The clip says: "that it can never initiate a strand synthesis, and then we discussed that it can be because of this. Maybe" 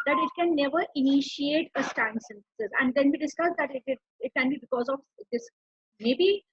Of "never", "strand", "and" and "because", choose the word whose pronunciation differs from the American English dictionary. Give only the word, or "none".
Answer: strand